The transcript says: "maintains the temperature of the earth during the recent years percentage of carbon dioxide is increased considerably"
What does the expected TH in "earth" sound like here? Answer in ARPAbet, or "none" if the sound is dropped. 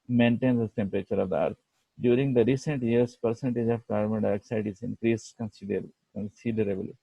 T